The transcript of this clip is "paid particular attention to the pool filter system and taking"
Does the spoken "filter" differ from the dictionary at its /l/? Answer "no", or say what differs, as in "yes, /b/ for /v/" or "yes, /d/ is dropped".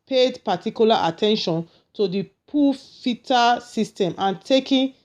yes, /l/ is dropped